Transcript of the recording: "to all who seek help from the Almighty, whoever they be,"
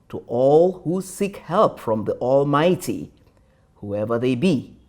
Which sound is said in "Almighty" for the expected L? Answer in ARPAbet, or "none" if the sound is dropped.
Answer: L